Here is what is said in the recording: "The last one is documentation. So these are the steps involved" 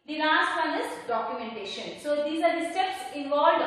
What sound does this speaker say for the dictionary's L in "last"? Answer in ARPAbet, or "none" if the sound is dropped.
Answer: N